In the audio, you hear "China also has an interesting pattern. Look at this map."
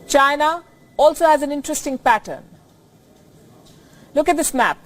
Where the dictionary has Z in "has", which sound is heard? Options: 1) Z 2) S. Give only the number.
1